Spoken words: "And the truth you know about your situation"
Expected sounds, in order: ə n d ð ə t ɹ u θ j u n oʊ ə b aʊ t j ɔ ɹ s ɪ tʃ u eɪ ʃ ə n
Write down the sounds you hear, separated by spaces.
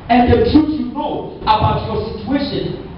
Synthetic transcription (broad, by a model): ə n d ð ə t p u s j u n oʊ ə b aʊ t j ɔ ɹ s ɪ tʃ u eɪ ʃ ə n